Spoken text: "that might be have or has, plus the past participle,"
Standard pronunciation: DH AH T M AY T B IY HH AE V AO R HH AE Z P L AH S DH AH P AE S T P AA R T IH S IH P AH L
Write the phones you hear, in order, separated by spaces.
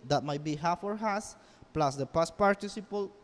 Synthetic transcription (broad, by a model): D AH T M AY T B IY HH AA F AO R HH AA S P L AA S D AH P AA S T P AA R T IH S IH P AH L